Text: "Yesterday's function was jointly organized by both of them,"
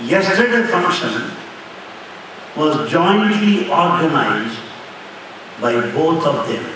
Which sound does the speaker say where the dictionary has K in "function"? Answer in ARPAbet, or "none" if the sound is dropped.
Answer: K